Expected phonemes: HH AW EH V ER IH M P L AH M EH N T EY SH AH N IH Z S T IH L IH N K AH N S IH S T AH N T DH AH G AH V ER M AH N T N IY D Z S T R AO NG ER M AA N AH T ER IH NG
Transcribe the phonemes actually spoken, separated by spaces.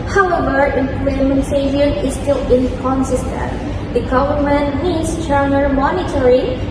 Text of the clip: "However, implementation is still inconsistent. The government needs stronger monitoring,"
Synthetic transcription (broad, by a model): HH AW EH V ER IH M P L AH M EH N S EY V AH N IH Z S T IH L IH N K AH N S IH S T AH N T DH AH G AH V ER M AH N T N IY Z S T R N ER M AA N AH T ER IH